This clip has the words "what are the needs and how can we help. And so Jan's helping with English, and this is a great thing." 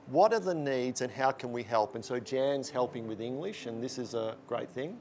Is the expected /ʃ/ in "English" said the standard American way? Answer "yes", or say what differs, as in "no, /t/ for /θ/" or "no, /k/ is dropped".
yes